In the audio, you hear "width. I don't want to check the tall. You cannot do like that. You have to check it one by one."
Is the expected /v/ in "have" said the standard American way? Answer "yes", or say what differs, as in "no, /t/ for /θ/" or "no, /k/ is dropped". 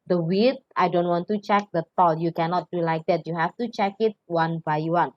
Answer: no, /f/ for /v/